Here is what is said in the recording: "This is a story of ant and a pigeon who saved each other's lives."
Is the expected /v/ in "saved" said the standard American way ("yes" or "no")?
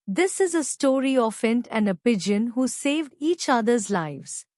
yes